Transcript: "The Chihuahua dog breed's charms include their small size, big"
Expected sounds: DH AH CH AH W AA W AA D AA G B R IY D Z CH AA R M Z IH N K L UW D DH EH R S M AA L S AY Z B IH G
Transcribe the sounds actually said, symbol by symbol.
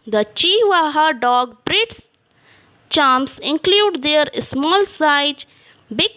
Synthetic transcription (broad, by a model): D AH CH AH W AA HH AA D AA G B R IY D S CH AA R M S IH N K L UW D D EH R S M AA L S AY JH B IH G